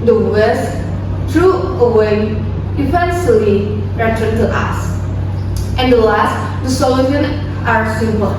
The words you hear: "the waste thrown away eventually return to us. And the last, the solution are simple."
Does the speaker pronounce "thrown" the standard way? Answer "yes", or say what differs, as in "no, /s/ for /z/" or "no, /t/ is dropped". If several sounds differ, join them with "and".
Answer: no, /n/ is dropped